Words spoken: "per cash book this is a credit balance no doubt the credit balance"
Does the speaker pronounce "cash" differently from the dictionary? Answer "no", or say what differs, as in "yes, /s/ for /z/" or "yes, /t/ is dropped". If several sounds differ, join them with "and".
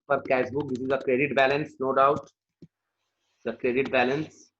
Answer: yes, /s/ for /ʃ/